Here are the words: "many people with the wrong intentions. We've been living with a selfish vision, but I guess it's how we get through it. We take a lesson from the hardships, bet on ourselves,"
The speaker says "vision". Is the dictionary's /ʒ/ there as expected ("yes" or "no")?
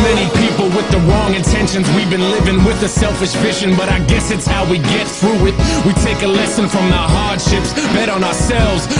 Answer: no